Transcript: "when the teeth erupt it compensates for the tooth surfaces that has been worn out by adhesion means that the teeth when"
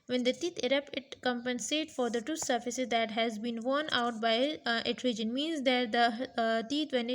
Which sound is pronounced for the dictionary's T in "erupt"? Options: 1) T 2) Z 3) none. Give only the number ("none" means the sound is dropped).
3